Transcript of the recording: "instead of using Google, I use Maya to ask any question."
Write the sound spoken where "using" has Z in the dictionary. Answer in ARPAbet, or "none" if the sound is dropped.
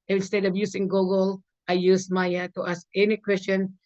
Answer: S